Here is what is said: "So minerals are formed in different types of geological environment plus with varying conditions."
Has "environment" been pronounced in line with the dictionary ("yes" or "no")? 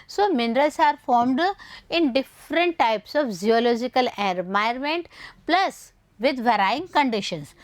no